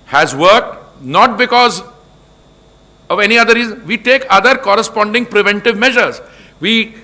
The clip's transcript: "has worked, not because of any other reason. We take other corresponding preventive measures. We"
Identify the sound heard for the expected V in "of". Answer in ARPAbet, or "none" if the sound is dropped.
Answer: V